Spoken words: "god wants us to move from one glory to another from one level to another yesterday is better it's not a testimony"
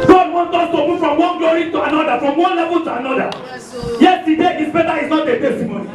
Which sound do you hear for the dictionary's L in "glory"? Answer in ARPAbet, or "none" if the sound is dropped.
none